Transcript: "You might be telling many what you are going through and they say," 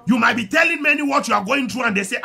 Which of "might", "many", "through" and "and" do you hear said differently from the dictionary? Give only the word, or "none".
through